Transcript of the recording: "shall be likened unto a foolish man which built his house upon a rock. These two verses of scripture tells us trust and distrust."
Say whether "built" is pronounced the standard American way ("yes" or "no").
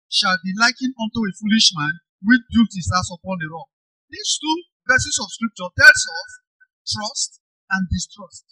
no